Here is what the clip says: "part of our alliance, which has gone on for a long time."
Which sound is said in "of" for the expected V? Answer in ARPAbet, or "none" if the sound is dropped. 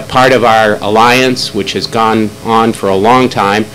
V